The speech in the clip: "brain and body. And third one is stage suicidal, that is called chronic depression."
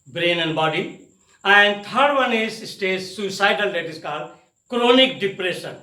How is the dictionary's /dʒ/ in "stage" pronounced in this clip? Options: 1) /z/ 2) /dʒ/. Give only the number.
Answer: 1